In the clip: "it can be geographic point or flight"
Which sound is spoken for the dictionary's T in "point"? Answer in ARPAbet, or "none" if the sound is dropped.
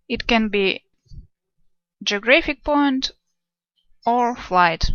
T